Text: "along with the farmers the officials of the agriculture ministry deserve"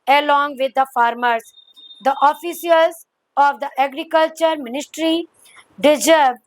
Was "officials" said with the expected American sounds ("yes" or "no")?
no